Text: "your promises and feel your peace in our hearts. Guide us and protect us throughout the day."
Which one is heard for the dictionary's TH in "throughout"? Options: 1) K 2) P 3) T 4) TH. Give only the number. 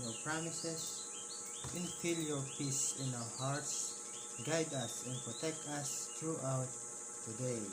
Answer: 3